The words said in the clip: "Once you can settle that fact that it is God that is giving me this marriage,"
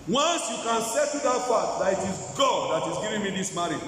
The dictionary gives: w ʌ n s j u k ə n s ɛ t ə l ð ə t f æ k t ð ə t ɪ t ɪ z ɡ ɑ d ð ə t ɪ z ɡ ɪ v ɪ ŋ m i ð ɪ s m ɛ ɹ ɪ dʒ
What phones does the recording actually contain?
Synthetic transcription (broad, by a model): w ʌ n s j u k ə n s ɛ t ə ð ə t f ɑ t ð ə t ɪ t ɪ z ɡ ɑ d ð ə t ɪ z ɡ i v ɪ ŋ m i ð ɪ s m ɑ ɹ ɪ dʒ